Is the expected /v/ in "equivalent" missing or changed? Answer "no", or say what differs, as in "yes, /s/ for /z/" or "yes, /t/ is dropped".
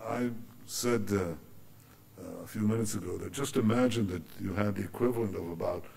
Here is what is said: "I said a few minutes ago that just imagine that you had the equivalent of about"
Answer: no